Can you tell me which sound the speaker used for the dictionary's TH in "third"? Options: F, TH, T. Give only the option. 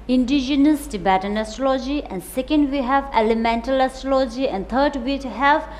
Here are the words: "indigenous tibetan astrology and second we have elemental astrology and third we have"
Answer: T